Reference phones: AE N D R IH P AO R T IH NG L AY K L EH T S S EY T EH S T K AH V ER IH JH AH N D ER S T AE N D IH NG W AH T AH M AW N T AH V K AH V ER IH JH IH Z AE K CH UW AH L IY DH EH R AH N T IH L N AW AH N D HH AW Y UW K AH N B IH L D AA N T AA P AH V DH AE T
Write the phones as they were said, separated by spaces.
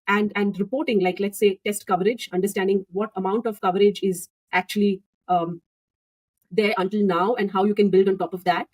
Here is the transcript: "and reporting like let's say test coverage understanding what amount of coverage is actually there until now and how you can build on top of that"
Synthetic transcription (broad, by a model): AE N D R IH P AO R T IH NG L AY K L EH T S S EY T EH S T K AH V ER IH JH AH N D ER S T AE N D IH NG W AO T AH M AW N T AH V K AH V ER IH JH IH Z AE K CH UW AH L IY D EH R AH N T IH L N AW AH N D HH AW Y UW K AH N B IH L D AA N T AA P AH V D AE T